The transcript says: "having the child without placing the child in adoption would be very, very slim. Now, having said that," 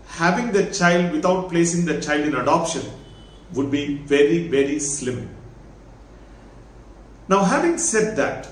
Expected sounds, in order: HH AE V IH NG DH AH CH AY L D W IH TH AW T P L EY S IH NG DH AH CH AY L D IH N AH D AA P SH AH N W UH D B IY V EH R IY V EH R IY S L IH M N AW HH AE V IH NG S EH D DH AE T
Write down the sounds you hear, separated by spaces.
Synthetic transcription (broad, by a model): HH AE V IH NG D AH CH AY L D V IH T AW T P L EY S IH NG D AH CH AY L D IH N AH D AA P SH AH N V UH D B IY V EH R IY V EH R IY S L IH M N AW HH AE V IH NG S EH D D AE T